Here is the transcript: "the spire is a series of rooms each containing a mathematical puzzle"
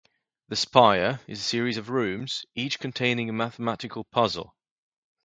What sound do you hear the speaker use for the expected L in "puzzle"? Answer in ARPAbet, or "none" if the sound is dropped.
L